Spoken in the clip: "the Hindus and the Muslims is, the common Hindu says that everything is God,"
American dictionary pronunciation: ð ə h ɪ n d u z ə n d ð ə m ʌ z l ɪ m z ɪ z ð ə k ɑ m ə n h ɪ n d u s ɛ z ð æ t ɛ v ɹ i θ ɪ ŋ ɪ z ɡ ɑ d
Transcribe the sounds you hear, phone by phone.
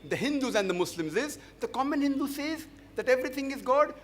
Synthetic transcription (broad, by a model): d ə h ɪ n d u z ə n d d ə m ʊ s l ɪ m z ɪ z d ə k ɑ m ə n h ɪ n d u s ɛ z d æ t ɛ v ɹ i t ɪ ŋ ɪ z ɡ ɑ d